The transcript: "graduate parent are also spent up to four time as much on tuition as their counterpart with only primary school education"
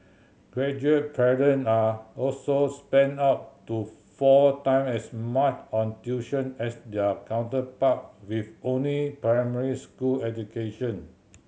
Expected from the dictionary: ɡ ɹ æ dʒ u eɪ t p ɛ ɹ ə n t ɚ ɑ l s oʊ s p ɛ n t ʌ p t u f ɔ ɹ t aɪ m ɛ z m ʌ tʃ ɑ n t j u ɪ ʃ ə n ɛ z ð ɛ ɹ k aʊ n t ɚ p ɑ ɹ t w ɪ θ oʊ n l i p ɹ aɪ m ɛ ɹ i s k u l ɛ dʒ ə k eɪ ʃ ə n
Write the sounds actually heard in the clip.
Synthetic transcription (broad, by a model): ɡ ɹ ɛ dʒ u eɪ t p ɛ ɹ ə n ɑ ɑ l s oʊ s p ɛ n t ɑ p t u f ɔ t aɪ m ɛ s m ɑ tʃ ɑ n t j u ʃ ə n ɛ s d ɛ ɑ k aʊ n t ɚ p ɑ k w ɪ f oʊ n l i p ɹ aɪ m ɛ ɹ i s k u l ɛ dʒ ə k eɪ ʃ ə n